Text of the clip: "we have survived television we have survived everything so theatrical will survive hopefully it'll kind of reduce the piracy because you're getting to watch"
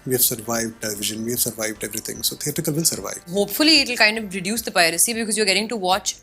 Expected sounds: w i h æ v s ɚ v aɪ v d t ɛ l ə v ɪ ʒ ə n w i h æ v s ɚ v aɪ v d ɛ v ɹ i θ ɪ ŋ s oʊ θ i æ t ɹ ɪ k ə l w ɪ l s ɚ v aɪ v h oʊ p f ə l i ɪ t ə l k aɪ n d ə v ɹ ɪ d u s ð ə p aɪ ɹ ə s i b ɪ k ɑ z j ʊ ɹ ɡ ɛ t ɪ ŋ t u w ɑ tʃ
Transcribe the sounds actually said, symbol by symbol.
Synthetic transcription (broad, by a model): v i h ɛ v s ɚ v aɪ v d t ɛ l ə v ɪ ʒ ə n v i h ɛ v s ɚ v aɪ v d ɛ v ɹ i t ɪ ŋ s oʊ t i t ɪ k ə l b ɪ n s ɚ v aɪ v h oʊ p f ə l i ɪ t ə l k aɪ n d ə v ɹ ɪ d u s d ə p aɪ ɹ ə s i b ɪ k ɑ z j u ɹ ɡ ɛ t ɪ ŋ t u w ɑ tʃ